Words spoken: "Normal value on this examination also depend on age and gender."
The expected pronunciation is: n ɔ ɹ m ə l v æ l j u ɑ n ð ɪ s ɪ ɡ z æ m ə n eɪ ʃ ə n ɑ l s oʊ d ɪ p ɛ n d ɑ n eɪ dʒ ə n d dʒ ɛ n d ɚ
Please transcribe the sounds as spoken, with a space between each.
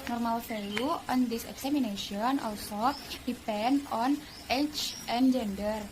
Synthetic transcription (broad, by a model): n ɔ ɹ m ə l f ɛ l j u ɑ n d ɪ s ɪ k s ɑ m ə n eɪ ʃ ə n ɑ l s oʊ d ɪ p ɛ n d ɑ n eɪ tʃ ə n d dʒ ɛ n d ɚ